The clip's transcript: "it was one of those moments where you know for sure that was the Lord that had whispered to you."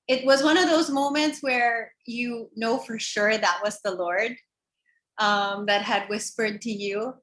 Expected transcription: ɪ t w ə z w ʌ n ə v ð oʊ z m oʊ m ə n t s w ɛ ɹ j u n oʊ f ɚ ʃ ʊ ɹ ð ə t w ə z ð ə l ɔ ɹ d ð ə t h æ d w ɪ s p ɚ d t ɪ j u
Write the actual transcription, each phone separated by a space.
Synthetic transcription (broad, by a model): ɪ t w ə z w ʌ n ə v ð oʊ z m oʊ m ə n t s w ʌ ɹ j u n oʊ f ɚ ʃ ʊ ɹ ð ə t w ə z ð ə l ɔ ɹ d ð ə t h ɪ d w ɪ s p ɚ d t ɪ j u